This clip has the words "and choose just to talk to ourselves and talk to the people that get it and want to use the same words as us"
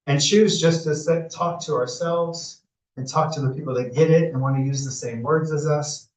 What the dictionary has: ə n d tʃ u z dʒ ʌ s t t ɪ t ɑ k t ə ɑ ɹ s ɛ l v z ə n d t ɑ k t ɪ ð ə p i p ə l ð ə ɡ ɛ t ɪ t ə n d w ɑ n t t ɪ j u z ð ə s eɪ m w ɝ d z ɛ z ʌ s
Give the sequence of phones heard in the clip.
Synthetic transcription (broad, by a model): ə n tʃ u z dʒ ʌ s t s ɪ t ɑ k t ə ɑ ɹ s ɛ l v z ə n t ɑ k t ɪ ð ə p i p l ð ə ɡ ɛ t ɪ t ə n w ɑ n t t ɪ j u z ð ə s eɪ m w ɝ d z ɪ z ʌ s